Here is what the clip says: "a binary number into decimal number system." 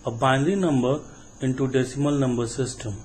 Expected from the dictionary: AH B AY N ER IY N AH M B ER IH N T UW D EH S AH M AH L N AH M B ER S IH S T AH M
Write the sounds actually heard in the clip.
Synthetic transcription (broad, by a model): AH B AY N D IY N AH M B ER IH N T UW D EH S AH M AH L N AH M B ER S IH S T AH M